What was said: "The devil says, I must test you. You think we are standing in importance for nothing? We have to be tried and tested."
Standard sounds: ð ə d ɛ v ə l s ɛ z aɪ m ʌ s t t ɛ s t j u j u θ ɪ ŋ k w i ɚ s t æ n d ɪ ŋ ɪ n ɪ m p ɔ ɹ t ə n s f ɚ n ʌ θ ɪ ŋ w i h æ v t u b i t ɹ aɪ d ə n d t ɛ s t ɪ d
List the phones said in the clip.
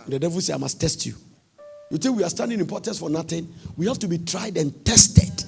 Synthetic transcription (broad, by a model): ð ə d ɛ v ə l s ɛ aɪ m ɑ s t t ɛ s t j u j u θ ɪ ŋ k w i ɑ s t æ n d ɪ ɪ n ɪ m p ɔ t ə n s f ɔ n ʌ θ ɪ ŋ w i h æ f t u b i t ɹ aɪ d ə n t ɛ s t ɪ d